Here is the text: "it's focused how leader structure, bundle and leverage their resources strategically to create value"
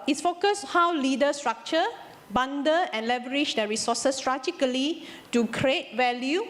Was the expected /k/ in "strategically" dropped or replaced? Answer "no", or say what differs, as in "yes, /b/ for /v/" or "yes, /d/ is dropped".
yes, /k/ is dropped